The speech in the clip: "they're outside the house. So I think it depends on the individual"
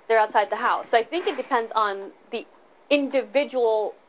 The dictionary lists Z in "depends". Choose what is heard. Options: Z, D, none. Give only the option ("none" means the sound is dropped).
Z